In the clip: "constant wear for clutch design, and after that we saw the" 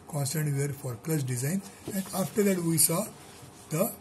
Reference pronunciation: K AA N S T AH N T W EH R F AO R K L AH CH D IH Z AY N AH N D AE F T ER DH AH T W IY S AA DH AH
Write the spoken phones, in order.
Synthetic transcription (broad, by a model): K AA N S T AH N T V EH R F AO R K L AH S D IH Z AY N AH N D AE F T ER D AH T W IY S AA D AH